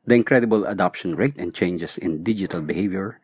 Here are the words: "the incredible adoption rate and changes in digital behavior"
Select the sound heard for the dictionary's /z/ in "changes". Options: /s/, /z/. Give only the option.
/s/